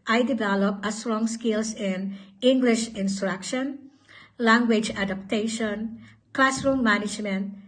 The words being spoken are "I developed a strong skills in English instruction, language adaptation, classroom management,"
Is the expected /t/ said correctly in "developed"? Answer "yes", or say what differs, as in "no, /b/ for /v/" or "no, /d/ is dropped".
no, /t/ is dropped